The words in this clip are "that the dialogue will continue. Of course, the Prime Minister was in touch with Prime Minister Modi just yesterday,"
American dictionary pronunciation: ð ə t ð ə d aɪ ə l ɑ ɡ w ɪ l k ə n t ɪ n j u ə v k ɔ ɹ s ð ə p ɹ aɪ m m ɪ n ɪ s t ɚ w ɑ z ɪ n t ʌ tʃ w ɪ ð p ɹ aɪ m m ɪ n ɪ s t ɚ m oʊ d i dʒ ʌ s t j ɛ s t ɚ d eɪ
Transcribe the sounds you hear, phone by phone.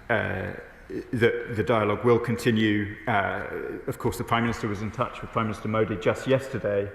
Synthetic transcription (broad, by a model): ð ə t ð ə d aɪ ə l ɑ ɡ w ɪ l k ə n t ɪ n j u ə v k ɔ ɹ s ð ə p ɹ aɪ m m ɪ n ɪ s t ɚ w ɑ z ɪ n t ʌ tʃ w ɪ ð p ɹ aɪ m m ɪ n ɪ s t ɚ m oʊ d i dʒ ʌ s t j ɛ s t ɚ d eɪ